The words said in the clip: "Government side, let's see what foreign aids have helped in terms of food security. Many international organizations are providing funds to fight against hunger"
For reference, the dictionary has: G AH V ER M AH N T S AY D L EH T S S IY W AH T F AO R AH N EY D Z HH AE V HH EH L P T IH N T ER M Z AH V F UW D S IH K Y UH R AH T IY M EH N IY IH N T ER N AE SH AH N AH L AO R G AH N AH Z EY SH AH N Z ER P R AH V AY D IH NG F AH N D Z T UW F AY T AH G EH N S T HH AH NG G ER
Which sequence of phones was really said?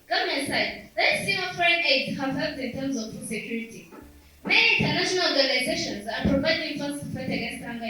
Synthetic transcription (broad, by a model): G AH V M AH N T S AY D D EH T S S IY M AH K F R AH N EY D HH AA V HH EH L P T IH N T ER M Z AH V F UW S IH K Y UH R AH T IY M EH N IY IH N T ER N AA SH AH N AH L AO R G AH N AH Z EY SH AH N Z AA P R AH B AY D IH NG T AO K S T UW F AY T AH G EH N S T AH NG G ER